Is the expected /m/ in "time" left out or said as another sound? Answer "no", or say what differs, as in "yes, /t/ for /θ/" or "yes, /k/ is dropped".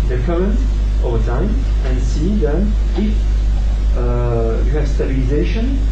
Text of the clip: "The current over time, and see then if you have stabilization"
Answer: no